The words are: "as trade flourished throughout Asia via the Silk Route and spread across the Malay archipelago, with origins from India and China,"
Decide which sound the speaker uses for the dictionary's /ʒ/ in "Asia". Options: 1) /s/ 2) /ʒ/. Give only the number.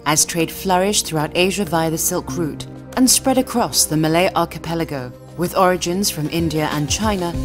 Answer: 2